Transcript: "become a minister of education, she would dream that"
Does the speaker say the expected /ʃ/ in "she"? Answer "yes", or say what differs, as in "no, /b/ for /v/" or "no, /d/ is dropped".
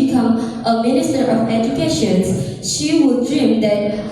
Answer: yes